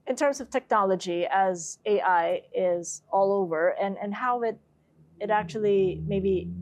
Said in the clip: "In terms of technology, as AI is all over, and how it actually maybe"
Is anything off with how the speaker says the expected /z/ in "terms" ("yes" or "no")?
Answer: no